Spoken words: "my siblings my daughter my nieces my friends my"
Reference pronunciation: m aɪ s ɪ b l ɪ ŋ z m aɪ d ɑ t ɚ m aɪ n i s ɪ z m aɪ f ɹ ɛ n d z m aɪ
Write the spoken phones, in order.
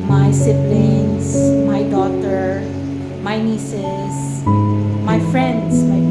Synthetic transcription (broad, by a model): m aɪ s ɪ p l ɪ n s m aɪ d ɑ t ɚ m aɪ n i s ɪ s m aɪ f ɹ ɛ n d s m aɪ